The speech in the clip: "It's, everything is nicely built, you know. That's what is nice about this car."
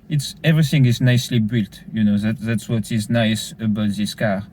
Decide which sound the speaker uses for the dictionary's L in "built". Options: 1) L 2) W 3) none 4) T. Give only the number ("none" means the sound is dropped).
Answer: 1